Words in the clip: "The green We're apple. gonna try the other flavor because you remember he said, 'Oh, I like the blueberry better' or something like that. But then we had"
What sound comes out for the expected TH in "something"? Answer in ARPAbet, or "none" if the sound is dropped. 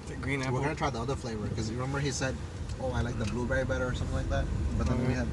TH